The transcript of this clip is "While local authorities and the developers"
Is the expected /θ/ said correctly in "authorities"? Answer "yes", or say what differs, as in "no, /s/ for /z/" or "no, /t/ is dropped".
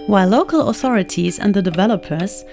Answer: yes